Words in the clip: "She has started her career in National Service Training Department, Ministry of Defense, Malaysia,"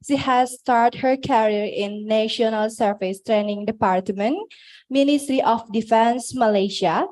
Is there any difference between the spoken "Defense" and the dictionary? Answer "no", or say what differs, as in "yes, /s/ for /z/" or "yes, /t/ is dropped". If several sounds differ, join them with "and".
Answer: no